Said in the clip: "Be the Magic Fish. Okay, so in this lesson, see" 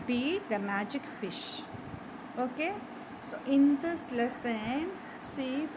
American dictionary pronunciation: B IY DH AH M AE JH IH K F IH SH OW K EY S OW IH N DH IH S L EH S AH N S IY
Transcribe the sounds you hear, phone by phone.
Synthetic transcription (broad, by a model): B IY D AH M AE JH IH K F IH SH OW K EY S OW IH N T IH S L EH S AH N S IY